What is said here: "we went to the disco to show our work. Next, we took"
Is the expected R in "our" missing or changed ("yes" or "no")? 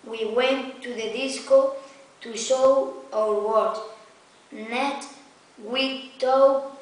yes